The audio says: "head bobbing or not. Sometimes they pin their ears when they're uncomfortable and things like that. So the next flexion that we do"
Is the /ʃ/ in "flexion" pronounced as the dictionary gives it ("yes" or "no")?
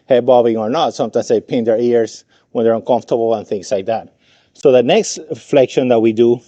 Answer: yes